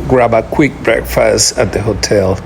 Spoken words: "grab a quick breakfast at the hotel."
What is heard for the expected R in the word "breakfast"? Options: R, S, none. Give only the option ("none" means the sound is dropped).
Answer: R